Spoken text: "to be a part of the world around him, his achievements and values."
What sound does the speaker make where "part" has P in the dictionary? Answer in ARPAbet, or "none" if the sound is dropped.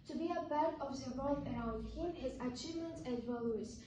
B